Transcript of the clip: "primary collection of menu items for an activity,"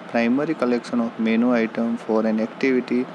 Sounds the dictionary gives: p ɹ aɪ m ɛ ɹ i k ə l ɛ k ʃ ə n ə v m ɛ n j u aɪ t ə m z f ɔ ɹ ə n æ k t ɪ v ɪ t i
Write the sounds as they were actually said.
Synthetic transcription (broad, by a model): p ɹ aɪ m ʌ ɹ i k ə l ɛ k ʃ ə n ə f m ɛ n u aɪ t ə m f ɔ ɹ ə n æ k t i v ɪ t i